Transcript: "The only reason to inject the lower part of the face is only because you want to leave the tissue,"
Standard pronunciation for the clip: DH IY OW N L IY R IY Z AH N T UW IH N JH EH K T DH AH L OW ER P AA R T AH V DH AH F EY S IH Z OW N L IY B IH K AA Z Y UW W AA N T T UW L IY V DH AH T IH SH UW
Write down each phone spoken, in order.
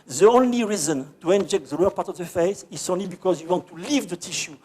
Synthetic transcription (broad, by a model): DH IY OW N L IY R IY Z AH N T UW IH N JH EH K T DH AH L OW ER P AA R T AH V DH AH F EY S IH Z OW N L IY B IH K AA Z Y UW W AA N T T UW L IY V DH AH T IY SH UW